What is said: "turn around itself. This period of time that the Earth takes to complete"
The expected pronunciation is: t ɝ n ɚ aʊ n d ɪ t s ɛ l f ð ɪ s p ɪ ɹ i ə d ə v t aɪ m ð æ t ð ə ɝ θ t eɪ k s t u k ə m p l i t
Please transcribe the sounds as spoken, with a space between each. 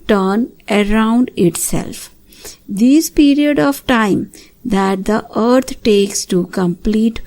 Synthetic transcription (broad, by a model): t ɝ n ɚ aʊ n d ɪ t s ɛ l f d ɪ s p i ɹ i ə d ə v t aɪ m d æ t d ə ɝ t t eɪ k s t u k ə m p l i t